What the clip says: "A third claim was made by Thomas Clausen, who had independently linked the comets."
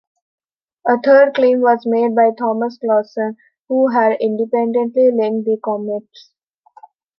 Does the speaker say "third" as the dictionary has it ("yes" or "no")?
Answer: no